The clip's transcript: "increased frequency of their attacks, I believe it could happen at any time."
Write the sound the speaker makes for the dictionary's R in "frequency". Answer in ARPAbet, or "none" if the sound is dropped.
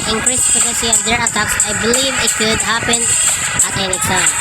none